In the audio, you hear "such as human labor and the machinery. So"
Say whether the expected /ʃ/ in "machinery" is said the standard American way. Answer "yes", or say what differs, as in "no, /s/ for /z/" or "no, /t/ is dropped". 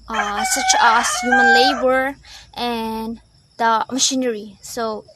yes